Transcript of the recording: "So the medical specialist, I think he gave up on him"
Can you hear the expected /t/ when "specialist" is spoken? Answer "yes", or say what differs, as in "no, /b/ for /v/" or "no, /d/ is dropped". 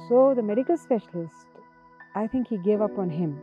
yes